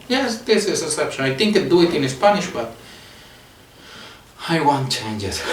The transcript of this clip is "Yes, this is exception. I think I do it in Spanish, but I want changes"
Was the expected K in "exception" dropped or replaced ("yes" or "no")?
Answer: yes